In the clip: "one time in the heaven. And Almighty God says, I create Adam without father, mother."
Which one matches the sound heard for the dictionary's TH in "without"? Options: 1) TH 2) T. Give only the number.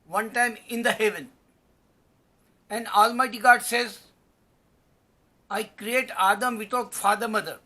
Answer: 2